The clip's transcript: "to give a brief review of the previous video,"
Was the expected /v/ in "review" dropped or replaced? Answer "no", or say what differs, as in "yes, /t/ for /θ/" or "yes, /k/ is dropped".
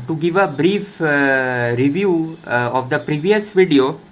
no